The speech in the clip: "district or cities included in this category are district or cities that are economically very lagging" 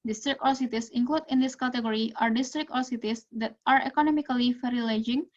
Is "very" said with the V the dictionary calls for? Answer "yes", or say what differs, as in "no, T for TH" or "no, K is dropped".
no, F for V